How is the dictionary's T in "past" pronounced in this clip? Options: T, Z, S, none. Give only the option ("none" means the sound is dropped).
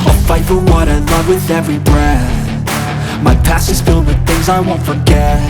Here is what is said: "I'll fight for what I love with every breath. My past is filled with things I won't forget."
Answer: none